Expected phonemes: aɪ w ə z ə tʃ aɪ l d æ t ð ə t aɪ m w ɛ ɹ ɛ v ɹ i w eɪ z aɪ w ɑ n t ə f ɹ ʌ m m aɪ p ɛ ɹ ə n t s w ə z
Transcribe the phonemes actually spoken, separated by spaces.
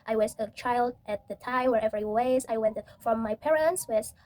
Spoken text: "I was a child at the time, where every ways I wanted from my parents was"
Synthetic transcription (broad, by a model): aɪ w ə z ə tʃ aɪ l d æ t ð ə t aɪ m w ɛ ɹ ɛ v ɹ i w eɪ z aɪ w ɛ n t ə f ɹ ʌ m m aɪ p ɛ ɹ ə n t s w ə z